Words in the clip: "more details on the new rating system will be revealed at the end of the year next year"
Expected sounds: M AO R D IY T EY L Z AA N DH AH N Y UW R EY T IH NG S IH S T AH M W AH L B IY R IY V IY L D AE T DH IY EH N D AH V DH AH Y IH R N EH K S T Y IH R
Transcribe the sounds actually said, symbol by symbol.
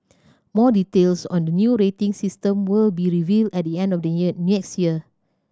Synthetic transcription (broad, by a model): M AO D IY T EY L S AA N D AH N Y UW R EY T IH NG S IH S T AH M W AH L B IY R IY V IY L D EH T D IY EH N D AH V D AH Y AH N EH K S T Y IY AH